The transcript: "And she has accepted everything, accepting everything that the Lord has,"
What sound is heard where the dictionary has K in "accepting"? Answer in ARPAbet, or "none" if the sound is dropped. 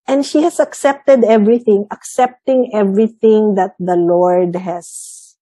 K